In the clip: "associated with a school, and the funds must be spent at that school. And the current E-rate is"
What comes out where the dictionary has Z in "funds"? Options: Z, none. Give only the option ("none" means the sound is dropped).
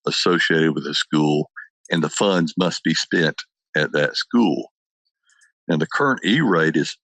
Z